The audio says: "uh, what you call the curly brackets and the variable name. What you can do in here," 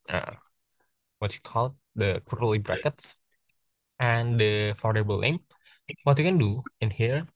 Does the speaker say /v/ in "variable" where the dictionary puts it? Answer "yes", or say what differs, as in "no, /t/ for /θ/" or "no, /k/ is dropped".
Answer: no, /f/ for /v/